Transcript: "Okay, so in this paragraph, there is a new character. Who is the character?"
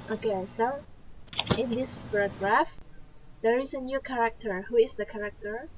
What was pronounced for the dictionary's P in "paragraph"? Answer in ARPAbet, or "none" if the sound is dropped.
B